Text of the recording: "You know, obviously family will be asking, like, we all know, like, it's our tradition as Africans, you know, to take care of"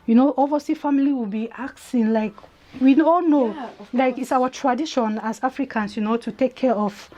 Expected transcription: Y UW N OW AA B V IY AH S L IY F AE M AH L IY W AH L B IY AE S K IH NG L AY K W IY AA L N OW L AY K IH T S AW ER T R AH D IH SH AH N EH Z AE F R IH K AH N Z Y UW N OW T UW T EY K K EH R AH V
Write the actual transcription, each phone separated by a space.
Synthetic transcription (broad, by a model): Y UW N OW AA V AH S IY F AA M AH L IY W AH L B IY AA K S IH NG L AY K W IY AA L N OW L AY K IH T S AW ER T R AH D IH SH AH N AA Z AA F R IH K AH N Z Y UW N OW T UW T EY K K EH R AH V